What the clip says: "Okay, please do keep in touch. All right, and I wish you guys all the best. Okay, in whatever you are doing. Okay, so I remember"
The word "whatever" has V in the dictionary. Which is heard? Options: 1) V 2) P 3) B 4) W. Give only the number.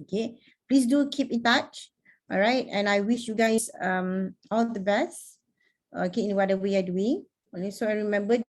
4